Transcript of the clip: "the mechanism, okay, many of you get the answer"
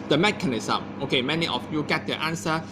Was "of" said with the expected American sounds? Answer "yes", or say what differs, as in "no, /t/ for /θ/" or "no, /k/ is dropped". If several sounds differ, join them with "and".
no, /f/ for /v/